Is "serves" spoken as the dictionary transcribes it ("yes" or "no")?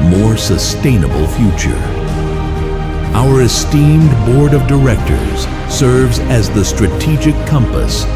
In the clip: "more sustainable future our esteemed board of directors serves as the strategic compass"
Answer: yes